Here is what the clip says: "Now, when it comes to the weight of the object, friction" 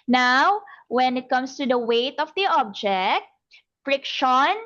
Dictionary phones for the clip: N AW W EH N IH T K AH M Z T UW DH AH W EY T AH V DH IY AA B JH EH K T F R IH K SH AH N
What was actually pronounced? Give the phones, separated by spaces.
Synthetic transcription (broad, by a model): N AW W EH N IH T K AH M S T UW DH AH W EY T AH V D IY AA B JH EH K T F R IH K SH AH N